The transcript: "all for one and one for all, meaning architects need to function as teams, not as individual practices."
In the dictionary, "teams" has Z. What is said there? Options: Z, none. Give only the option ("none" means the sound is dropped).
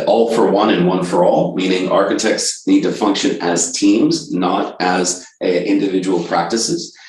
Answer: Z